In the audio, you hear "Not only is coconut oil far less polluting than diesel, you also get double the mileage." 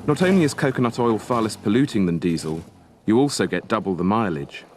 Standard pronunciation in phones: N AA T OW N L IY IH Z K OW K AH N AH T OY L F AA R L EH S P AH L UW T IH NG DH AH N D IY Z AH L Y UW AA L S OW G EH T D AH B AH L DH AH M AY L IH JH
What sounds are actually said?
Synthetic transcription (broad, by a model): N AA T OW N L IY IH Z K OW K AH N AH T OY L F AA L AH S P AH L UW T IH NG DH AH N D IY Z AH L Y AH AA L S OW G EH T D AH B AH L DH AH M AY L IH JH